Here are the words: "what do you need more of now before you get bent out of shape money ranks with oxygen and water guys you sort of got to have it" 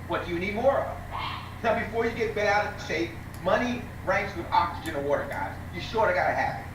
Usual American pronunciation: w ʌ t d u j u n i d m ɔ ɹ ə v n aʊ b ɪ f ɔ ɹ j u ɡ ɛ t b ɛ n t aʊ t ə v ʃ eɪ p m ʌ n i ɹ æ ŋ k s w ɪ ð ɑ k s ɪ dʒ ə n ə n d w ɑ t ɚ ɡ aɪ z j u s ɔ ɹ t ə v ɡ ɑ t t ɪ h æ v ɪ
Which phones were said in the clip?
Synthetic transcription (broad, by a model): w ʌ t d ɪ j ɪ n i d m ɔ ɹ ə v n aʊ b ɪ f ɔ ɹ j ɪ ɡ ɛ t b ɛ t aʊ t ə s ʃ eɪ m ʌ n i ɹ æ ŋ k s w ɪ ð ɑ k s ɪ dʒ ə n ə w ɑ t ɚ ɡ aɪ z j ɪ ʃ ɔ ɹ ə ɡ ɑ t t ɪ h æ p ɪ